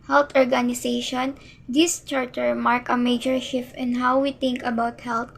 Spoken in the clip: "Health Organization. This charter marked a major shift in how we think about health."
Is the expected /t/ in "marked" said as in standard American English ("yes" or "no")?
no